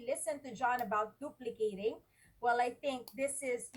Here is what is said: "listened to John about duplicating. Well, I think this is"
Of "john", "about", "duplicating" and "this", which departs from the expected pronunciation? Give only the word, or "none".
none